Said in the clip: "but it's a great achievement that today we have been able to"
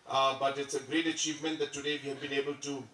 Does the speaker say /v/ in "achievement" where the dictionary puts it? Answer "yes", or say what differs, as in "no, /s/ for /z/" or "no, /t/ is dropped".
yes